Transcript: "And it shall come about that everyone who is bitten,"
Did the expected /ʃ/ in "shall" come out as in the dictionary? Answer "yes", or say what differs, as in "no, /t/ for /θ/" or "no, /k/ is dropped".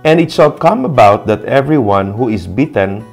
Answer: no, /s/ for /ʃ/